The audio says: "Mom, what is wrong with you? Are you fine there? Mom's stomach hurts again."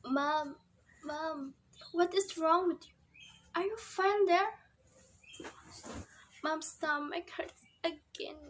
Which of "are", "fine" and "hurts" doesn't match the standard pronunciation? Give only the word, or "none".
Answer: hurts